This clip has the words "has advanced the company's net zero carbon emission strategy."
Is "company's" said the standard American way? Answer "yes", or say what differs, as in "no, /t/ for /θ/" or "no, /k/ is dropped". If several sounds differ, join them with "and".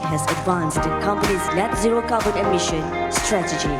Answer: yes